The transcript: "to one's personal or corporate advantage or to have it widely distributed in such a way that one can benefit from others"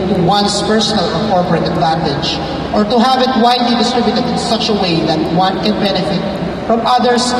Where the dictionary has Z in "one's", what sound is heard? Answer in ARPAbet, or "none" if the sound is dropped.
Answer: S